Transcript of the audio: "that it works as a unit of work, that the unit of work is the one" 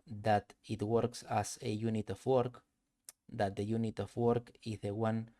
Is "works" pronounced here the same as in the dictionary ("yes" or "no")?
yes